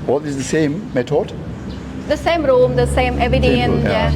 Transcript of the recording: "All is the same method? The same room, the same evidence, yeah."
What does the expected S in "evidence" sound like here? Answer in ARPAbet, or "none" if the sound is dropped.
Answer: none